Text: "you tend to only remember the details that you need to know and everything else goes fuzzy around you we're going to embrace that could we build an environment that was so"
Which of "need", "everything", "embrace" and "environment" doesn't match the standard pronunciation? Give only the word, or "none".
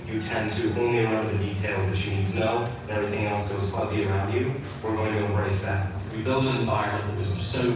environment